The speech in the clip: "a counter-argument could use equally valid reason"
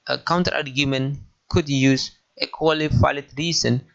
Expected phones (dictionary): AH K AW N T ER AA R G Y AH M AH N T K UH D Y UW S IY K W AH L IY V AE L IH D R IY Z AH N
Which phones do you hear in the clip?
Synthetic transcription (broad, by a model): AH K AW N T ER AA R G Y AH M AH N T K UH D Y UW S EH K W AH L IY F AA IH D R IY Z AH N